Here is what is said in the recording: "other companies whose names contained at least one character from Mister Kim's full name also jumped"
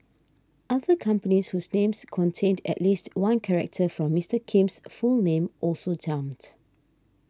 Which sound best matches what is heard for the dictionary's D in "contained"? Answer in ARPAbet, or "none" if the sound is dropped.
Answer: D